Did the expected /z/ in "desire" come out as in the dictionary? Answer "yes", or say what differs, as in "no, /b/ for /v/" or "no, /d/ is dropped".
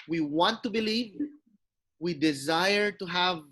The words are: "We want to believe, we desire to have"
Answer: yes